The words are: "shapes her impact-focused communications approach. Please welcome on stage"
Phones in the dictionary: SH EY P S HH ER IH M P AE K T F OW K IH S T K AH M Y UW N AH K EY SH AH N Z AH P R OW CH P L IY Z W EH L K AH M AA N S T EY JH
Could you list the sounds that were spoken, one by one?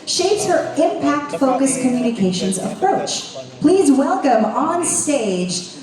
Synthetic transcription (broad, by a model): SH EY P S HH ER IH M P AE K T F OW K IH S K AH M Y UW N AH K EY SH AH N Z AH P R OW CH P L IY Z W EH L K AH M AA N S T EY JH